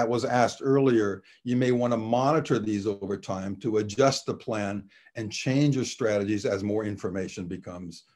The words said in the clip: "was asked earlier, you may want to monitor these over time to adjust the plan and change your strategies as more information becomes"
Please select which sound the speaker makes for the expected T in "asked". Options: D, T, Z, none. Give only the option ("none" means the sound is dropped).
T